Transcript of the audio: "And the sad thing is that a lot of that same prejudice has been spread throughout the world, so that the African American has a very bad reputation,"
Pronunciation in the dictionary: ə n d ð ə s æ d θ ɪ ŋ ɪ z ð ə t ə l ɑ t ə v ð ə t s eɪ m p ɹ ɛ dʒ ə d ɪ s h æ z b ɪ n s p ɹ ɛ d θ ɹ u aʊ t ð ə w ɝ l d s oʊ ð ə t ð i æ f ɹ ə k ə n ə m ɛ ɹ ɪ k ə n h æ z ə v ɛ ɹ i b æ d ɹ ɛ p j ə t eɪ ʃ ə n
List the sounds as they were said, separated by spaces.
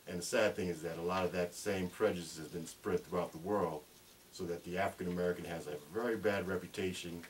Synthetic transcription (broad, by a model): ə n ð ə s æ d θ ɪ ŋ ɪ z ð ə t ə l ɑ t ə v ð ə t s eɪ m p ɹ ɛ dʒ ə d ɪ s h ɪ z b ɪ n s p ɹ ɛ d θ ɹ u aʊ t ð ə w ɝ l d s oʊ ð ə t ð i æ f ɹ ə k ə n ə m ɛ ɹ ɪ k ə n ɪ z ə v ɛ ɹ i b æ d ɹ ɛ p j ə t eɪ ʃ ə n